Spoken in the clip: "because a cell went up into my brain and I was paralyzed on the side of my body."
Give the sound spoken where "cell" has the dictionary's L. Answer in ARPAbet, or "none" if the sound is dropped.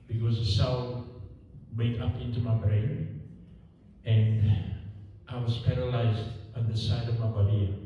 N